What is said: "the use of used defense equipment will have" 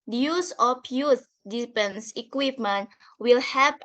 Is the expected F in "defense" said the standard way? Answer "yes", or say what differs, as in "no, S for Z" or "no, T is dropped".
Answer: no, P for F